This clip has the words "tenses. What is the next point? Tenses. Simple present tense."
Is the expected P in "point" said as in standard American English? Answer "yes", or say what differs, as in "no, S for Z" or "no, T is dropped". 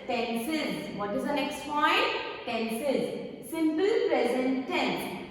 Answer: no, F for P